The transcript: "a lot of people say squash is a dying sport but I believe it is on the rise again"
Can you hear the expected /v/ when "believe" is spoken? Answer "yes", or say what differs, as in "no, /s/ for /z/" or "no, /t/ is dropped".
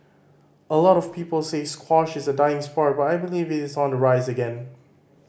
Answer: yes